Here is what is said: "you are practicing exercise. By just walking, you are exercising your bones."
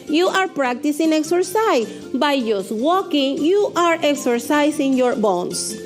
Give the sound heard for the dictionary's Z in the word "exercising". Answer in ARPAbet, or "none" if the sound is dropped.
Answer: S